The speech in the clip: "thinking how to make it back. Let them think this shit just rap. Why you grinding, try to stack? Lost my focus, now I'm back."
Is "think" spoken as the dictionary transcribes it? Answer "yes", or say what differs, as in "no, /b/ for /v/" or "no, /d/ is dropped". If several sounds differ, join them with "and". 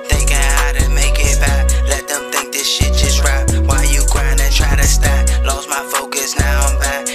yes